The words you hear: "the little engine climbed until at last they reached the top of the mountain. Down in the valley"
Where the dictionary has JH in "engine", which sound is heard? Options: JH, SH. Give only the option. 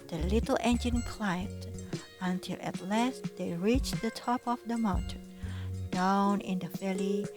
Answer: JH